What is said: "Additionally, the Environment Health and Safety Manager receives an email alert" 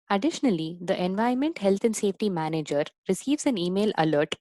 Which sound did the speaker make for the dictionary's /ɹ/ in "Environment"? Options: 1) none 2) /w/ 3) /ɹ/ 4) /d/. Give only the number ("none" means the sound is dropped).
1